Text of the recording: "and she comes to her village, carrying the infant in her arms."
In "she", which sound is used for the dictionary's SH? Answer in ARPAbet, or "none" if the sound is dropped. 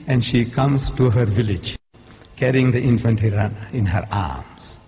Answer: SH